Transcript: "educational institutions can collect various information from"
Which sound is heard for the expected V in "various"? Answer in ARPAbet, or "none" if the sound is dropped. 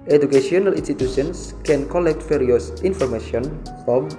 F